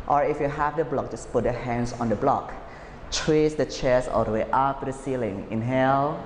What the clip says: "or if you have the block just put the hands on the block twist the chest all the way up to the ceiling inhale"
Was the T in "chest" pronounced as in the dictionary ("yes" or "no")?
no